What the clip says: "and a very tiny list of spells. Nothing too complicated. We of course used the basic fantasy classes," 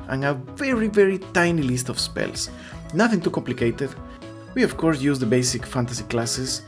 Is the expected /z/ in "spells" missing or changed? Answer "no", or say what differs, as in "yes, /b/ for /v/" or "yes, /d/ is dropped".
yes, /s/ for /z/